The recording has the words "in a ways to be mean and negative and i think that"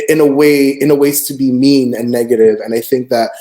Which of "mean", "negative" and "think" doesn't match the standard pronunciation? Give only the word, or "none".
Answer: none